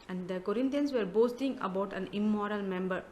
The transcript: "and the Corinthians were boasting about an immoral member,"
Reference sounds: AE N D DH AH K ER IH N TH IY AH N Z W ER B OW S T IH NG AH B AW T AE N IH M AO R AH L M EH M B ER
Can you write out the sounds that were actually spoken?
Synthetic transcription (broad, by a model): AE N D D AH K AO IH N T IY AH N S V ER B OW S T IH NG AH B AW T AE N IH M AO R AH L M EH M B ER